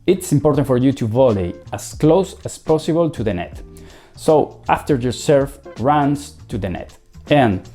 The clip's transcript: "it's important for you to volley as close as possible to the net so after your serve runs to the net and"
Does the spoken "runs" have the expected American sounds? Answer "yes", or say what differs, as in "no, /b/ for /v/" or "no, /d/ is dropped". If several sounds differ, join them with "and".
no, /s/ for /z/